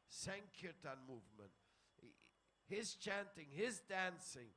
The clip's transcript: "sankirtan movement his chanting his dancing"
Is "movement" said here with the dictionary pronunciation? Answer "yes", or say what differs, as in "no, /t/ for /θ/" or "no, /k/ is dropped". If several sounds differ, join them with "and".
yes